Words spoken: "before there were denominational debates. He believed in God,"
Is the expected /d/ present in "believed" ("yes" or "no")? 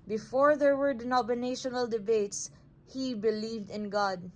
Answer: yes